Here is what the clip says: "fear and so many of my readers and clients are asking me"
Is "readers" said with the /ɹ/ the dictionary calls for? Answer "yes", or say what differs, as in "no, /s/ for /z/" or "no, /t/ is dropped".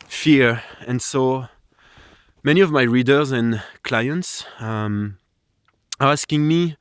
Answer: yes